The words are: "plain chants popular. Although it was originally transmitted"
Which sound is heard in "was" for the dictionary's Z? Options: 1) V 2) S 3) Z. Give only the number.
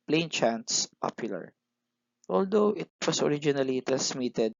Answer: 2